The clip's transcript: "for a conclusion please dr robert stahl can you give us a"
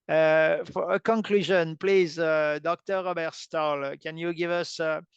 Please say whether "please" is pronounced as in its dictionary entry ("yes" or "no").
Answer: yes